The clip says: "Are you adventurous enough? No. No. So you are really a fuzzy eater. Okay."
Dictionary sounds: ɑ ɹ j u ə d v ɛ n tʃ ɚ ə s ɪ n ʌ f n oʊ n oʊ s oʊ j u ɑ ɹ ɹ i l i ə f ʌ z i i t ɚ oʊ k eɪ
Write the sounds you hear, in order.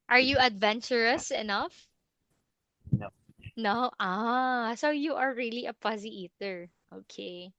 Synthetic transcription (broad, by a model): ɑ ɹ j u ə d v ɛ n tʃ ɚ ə s ɪ n ʌ f n oʊ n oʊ s oʊ j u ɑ ɹ ɹ i l i ə p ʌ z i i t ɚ oʊ k eɪ